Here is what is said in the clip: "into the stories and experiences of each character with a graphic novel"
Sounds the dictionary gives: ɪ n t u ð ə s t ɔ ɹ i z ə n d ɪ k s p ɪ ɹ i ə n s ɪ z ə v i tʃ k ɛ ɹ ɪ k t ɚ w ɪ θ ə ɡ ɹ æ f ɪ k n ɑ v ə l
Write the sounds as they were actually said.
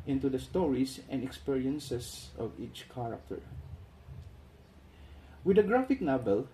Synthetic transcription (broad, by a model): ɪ n t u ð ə s t ɔ ɹ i s ə n d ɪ k s p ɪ ɹ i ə n s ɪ s ə v i tʃ k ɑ ɹ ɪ k t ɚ w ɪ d ə ɡ ɹ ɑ f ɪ k n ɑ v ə l